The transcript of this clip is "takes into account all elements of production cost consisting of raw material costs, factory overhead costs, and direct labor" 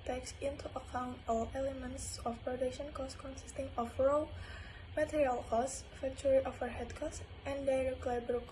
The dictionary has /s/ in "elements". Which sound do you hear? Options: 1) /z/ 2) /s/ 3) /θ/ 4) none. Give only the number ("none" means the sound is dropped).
2